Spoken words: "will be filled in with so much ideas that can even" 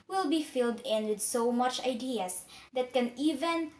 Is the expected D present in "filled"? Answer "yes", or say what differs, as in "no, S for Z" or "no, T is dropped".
yes